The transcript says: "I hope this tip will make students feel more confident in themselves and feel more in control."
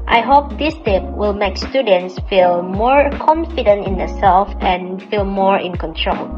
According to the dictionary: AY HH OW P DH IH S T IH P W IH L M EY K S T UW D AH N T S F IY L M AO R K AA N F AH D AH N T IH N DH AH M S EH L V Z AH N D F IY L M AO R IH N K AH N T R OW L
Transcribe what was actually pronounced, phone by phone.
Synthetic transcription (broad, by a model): AY HH OW P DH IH S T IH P W IH L M EY K S T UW D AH N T S F IY L M AO R K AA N F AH D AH N T IH N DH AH S EH L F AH N F IY L M AO R IH N K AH N T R OW L